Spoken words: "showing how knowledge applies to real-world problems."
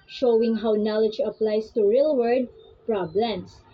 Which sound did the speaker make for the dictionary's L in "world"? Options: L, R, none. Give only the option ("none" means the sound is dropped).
none